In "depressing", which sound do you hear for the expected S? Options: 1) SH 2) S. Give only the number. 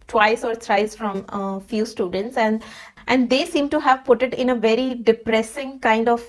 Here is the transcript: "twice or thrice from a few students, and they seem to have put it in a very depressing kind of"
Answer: 2